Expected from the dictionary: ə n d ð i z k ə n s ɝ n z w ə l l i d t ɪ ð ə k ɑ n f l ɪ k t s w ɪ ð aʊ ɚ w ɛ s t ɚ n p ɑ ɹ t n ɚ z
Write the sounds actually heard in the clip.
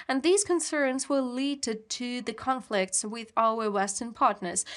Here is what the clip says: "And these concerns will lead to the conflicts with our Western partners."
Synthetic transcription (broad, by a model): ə n ð i z k ə n s ɝ n z w ə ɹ l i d t ɪ ð ə k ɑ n f l ɪ k t s w ɪ ð aʊ ɚ w ɛ s t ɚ n p ɑ ɹ t n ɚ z